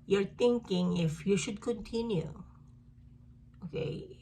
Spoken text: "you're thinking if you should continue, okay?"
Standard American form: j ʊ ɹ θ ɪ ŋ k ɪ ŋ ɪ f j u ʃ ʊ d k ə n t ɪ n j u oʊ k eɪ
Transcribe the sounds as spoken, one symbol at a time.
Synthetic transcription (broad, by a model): j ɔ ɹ t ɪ ŋ k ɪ ŋ ɪ f j u ʃ ʊ d k ə n t ɪ n j u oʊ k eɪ